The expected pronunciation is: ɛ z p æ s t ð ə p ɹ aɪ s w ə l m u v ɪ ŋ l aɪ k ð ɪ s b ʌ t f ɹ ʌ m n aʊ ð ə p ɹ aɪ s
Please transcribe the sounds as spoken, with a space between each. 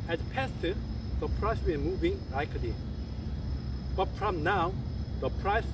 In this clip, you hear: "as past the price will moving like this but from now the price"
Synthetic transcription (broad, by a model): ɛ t p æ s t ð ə p ɹ aɪ s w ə n m u v ɪ ŋ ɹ aɪ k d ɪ b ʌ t f ɹ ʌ m n aʊ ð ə p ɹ aɪ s